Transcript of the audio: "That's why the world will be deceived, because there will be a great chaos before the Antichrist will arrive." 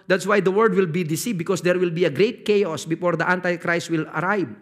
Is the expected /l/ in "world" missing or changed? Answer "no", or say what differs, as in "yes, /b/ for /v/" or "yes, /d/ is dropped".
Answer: yes, /l/ is dropped